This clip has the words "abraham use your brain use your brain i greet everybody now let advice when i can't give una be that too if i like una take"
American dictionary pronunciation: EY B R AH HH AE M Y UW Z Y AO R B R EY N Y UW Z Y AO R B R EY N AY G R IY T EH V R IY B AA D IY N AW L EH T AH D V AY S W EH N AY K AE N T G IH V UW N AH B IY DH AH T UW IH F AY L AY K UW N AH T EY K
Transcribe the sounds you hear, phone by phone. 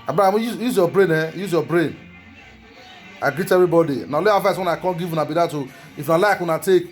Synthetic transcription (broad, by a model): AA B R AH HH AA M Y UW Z Y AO B R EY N Y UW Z Y AO B R EY N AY G R IY T EH V R IY B AA D IY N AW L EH AH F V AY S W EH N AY K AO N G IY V UW N AH B IY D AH T UW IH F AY L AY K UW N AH T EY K